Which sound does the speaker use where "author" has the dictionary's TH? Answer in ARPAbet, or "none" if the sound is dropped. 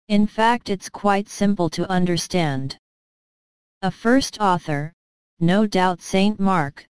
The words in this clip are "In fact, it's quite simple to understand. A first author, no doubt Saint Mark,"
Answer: TH